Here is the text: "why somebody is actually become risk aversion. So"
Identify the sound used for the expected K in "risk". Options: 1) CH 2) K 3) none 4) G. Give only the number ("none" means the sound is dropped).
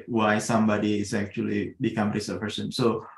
3